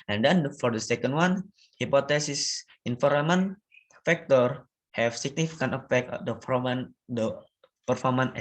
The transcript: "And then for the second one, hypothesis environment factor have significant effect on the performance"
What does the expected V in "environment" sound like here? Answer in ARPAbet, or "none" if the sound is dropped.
F